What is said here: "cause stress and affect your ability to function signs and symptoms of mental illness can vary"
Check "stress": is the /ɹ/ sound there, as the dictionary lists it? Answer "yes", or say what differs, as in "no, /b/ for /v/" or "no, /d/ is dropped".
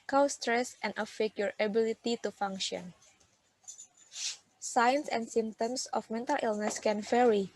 yes